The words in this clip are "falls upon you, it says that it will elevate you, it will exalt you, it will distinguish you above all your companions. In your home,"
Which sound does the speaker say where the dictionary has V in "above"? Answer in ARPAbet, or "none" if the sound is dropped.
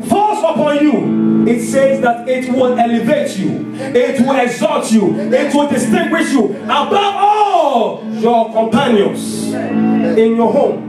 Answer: none